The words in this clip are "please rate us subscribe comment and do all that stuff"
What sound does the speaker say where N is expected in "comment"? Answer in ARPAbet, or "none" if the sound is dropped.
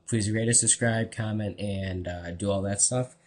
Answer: N